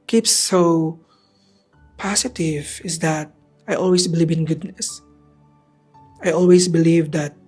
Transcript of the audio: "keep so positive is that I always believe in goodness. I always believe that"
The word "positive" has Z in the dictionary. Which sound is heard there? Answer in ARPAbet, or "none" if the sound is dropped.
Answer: S